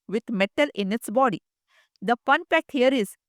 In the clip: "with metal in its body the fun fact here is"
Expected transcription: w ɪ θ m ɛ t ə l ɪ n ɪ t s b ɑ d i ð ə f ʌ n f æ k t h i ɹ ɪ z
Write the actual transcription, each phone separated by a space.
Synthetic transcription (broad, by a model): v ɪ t m ɛ t ə l ɪ n ɪ t s b ɑ d i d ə p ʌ n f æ k t h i ɹ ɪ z